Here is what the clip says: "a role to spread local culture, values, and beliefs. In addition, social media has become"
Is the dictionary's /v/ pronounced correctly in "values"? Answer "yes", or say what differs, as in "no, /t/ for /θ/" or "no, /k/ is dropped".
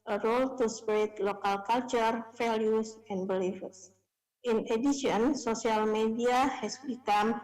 no, /f/ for /v/